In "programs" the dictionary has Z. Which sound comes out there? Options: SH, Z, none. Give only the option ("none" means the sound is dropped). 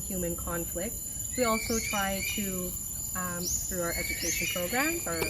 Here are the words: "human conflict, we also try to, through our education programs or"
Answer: none